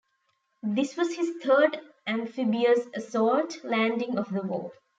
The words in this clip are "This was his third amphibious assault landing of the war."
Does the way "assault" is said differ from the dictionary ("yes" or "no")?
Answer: yes